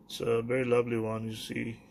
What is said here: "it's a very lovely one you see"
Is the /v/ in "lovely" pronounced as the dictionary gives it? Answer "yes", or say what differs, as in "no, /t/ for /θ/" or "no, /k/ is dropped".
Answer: yes